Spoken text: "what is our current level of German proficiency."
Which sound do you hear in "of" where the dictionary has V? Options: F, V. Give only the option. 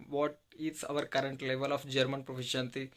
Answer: F